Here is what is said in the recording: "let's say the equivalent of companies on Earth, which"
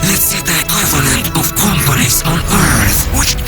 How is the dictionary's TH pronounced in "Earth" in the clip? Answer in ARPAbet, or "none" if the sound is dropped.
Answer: TH